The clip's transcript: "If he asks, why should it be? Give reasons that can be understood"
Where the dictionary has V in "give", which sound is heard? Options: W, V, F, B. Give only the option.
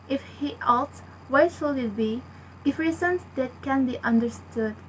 F